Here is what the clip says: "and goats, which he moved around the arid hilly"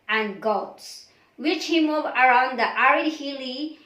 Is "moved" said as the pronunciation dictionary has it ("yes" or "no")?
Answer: no